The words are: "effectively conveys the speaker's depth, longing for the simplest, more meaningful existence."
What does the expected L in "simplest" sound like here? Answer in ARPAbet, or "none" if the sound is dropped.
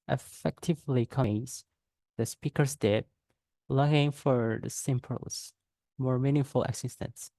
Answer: none